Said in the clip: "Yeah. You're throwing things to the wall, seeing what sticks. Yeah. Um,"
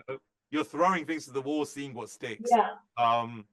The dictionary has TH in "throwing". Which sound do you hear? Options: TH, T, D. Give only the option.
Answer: TH